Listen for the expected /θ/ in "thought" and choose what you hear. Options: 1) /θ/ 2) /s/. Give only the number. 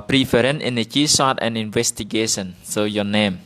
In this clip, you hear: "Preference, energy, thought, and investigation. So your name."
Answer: 2